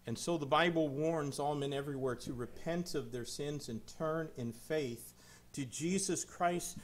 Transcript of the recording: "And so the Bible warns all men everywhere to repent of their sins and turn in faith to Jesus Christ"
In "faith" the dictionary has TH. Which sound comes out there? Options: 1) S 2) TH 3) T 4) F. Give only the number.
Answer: 2